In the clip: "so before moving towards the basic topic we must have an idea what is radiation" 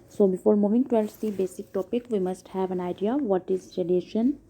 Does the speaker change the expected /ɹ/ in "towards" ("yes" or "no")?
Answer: yes